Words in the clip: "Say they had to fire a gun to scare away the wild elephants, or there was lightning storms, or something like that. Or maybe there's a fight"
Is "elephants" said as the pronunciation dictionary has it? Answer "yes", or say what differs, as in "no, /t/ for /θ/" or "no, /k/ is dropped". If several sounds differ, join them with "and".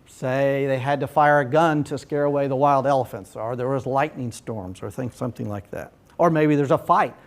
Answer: yes